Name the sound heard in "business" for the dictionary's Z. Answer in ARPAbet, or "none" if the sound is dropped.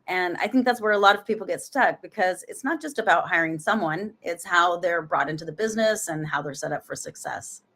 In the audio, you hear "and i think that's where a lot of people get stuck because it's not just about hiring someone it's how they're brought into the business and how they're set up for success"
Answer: Z